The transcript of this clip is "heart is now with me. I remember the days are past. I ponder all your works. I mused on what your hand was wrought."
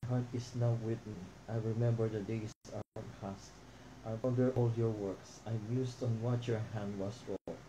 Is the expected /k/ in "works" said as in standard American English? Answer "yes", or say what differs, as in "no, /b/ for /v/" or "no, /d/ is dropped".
yes